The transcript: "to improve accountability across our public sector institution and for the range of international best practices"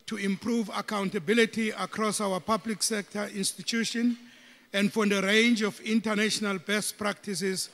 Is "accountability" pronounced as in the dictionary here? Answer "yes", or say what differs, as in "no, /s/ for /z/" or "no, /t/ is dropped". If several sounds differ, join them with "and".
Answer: yes